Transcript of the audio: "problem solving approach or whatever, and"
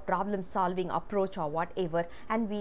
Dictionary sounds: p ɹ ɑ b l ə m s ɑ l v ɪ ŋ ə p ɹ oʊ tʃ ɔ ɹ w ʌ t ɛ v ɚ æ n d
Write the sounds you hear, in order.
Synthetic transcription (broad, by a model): p ɹ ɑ b l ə m s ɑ l v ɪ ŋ ə p ɹ oʊ tʃ ɔ ɹ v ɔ t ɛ v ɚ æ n d